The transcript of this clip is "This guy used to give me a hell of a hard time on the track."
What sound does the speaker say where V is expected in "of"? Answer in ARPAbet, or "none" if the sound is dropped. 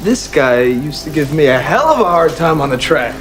V